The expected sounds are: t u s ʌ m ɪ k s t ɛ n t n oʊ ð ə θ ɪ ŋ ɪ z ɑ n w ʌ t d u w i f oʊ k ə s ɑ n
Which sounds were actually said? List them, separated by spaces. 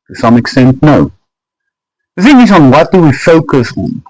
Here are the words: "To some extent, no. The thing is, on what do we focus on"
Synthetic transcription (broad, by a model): t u s ʌ m ɪ k s t ɛ n t n oʊ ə f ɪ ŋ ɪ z ɑ n w ʌ t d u w i f oʊ k ə s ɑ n